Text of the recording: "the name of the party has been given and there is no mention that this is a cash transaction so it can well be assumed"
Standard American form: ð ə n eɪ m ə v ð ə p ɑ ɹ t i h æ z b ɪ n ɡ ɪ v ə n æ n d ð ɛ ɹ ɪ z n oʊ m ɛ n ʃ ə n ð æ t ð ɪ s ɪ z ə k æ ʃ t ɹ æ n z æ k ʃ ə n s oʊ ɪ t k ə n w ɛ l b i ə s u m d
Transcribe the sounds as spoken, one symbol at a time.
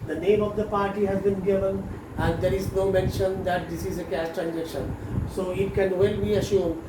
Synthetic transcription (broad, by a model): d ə n eɪ m ə v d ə p ɑ ɹ t i h æ z b ɪ n ɡ ɪ v ə n æ n d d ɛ ɹ ɪ z n oʊ m ɛ n ʃ ə n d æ t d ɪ s ɪ z ə k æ s t ɹ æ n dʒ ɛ k ʃ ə n s oʊ ɪ t k ə n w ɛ l b i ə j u m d